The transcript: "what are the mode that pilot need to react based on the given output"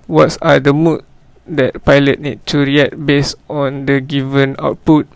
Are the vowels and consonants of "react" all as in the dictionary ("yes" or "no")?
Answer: no